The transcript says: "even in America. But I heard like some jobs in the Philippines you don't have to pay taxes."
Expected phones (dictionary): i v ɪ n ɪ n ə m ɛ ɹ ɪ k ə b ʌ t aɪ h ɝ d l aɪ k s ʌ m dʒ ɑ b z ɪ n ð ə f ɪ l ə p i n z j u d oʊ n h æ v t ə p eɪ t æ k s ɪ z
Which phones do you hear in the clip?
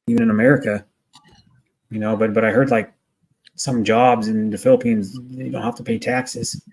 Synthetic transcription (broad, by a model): i v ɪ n ɪ n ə m ɛ ɹ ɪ k ə b ʌ t aɪ h ɝ d l aɪ k s ʌ m dʒ ɑ b z ɪ n ð ə f ɪ l ə p i n z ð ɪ d oʊ n h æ f t ə p eɪ t æ k s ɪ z